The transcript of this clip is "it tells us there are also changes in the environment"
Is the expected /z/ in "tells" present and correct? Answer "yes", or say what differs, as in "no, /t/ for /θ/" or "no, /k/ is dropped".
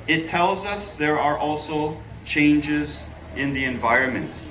yes